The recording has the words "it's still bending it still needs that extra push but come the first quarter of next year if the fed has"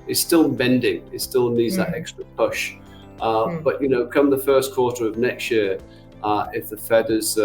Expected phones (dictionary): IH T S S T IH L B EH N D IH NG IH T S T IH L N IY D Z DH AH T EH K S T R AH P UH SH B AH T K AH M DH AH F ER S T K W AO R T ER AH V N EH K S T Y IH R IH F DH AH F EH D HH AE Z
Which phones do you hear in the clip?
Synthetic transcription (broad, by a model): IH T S S T IH L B EH N D IH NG IH T S T IH L N IY D Z DH AH T EH K S T R AH P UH SH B AH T K AH M DH AH F ER S K W AO R T ER AH V N EH K S T Y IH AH IH F DH AH F EH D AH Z